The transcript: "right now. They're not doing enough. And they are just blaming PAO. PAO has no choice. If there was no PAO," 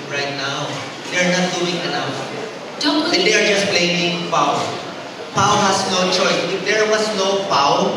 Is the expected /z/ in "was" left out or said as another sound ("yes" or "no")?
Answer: yes